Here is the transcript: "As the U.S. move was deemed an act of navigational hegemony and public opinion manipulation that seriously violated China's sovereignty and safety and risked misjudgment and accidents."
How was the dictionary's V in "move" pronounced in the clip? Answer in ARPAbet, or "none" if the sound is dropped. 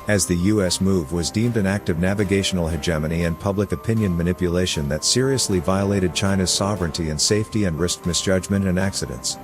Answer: V